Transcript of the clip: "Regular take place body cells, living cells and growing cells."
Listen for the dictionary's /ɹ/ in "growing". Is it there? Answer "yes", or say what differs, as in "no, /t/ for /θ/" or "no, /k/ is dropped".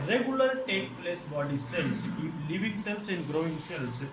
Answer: yes